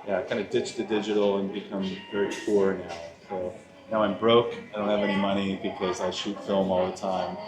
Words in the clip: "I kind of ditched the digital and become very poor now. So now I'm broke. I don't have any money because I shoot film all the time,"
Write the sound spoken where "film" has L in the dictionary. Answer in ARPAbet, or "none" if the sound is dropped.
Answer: L